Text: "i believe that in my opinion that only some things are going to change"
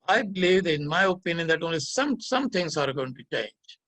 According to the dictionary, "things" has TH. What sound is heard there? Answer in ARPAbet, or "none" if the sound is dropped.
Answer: S